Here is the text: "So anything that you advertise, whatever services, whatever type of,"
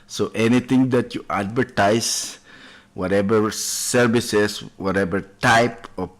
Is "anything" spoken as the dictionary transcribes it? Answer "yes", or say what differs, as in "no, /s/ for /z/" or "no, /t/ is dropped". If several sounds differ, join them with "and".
no, /t/ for /θ/